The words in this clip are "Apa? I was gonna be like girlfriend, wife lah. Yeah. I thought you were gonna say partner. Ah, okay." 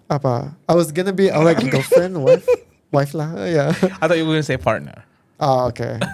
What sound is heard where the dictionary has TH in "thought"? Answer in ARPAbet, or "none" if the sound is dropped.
T